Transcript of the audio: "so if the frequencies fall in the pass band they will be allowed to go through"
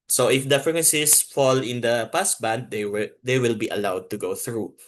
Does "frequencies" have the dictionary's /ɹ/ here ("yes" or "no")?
no